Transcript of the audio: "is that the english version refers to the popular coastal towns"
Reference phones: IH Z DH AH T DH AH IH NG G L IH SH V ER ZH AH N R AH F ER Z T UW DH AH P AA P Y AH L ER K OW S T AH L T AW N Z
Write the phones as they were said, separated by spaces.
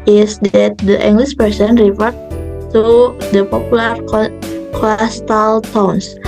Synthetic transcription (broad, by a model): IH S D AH T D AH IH NG G L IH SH P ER S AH N R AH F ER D T UW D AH P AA P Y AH L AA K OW S T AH L T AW N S